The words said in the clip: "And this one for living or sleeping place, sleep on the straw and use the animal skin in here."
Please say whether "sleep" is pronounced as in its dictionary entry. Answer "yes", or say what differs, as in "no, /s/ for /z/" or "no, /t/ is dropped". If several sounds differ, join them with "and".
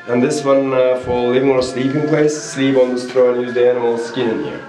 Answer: yes